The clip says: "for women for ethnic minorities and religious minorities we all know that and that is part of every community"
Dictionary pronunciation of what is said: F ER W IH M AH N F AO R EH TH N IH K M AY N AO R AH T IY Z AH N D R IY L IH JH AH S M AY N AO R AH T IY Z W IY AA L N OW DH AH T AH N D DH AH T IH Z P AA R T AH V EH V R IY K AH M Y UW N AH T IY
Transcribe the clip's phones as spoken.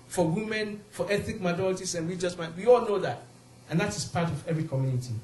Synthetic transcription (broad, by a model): F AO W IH M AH N F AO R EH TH IH K M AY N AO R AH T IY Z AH N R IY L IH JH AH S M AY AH W IY AA L N OW DH AH T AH N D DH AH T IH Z P AA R T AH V EH V R IY K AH M Y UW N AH T IY